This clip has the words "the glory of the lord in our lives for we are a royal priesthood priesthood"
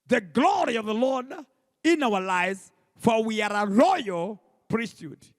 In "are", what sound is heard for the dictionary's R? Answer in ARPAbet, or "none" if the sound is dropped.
R